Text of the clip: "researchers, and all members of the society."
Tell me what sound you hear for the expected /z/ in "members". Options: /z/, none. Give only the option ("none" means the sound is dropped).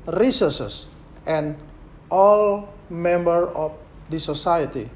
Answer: none